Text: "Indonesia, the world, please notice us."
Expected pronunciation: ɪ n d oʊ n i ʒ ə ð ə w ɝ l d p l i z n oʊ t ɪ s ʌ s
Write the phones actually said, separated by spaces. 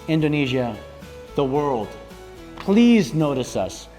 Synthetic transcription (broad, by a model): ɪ n d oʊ n i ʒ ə ð ə w ɝ l d p l i z n oʊ t ɪ s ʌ s